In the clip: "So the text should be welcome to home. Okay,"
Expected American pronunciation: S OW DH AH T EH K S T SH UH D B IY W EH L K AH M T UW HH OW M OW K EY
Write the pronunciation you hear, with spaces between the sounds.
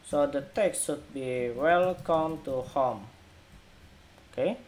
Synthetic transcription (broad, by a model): S OW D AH T EH K S T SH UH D B IY W EH L K AH M T UW HH OW M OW K EY